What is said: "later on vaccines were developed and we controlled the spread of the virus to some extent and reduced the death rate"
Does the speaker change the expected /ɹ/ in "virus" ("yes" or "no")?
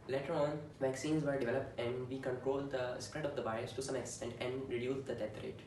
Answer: yes